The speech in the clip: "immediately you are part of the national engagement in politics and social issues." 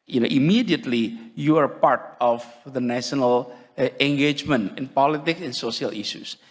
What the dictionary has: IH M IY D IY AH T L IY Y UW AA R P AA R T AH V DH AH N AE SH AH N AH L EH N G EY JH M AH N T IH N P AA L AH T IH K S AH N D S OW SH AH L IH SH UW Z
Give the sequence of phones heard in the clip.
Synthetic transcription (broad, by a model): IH M IY D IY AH T L IY Y UW AA R P AA R T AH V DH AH N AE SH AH N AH L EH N G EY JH M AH N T IH N P AA L AH T IH K S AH N S OW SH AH L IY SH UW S